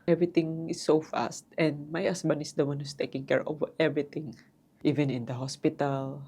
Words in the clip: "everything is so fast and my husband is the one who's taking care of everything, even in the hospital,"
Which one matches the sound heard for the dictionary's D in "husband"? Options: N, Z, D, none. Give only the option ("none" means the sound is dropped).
none